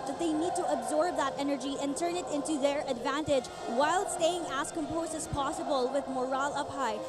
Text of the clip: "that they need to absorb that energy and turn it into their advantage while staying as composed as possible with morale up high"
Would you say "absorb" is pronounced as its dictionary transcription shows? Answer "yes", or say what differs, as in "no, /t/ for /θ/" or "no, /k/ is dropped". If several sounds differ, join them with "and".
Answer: yes